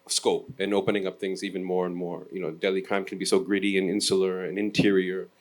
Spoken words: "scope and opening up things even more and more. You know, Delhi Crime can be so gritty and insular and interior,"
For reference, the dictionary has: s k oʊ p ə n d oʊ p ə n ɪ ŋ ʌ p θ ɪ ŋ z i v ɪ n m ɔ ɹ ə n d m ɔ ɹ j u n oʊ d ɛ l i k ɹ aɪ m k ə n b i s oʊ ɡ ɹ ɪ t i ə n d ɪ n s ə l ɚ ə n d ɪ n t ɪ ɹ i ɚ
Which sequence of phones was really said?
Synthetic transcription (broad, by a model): s k oʊ p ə n oʊ p ə n ɪ ŋ ʌ p θ ɪ ŋ z i v ɪ n m ɔ ɹ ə n m ɔ ɹ j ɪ n oʊ d ɛ l i k ɹ aɪ m k n b i s oʊ ɡ ɹ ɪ t i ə n ɪ n s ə l ɚ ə n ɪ n t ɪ ɹ i ɚ